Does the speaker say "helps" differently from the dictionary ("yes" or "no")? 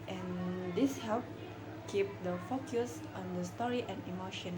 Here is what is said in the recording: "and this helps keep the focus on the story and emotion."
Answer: yes